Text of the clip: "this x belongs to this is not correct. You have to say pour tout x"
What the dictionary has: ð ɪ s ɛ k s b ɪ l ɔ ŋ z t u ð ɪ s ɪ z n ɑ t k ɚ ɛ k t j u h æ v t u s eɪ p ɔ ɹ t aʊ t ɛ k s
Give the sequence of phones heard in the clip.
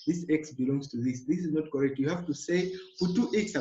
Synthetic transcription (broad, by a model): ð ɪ s ɛ k s b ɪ l ɔ ŋ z t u ð ɪ s ɪ z n ɑ t k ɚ ɛ k t j u h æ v t u s eɪ f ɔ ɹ t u t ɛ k s